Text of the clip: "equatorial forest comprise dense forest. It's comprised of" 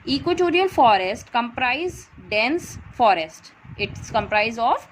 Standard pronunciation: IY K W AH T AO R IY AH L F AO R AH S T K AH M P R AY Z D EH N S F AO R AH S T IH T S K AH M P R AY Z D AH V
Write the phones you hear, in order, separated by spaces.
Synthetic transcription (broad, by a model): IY K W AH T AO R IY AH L F AO R AH S T K AH M P R AY Z D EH N S F AO R AH S T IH T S K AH M P R AY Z AH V